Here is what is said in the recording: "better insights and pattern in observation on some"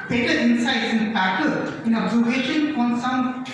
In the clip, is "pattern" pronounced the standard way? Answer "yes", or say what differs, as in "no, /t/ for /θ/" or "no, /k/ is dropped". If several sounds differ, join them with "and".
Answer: no, /n/ is dropped